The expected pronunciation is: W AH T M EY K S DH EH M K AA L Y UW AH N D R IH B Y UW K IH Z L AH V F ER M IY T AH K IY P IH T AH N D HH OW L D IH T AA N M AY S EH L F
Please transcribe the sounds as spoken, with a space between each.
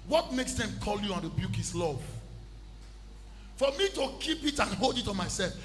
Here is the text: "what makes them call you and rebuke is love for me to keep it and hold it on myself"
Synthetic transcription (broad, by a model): W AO T M EY K S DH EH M K AA L Y UW AH N D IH B Y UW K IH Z L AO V F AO M IY T AH K IY P IH T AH N HH OW L D IH T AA M AY S EH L F